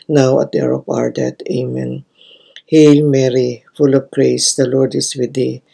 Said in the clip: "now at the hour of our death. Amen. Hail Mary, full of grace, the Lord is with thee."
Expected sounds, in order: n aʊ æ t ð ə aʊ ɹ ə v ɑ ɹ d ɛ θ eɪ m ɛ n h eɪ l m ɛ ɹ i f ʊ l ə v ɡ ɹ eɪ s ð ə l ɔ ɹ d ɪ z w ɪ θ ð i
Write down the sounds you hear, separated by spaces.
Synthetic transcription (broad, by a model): n aʊ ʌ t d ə ɹ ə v ɑ ɹ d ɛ t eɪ m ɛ n h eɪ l m ɛ ɹ i f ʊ l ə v ɡ ɹ eɪ s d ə l ɔ ɹ d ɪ s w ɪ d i